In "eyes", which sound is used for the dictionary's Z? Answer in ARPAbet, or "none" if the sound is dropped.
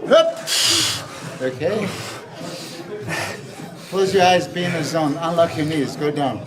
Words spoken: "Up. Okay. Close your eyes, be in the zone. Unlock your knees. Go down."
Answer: Z